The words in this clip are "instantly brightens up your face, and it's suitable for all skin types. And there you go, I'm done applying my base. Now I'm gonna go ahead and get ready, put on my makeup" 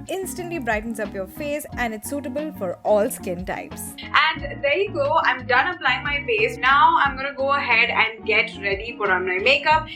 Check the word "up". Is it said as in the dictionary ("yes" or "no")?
yes